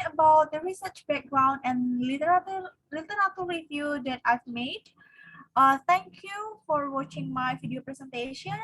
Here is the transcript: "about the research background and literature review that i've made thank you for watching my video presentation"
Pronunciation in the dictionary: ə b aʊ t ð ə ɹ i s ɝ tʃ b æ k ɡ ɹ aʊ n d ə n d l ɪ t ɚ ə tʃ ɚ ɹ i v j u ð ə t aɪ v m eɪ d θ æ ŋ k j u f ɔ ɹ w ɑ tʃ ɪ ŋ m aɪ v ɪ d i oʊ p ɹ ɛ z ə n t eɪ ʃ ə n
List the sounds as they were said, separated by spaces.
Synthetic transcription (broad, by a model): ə b aʊ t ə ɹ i s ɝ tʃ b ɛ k ɡ ɹ aʊ n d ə n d l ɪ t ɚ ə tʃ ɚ w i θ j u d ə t aɪ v m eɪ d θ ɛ ŋ k j u f ɔ ɹ w ɑ tʃ ɪ ŋ m aɪ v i d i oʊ p ɹ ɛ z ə n t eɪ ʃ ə n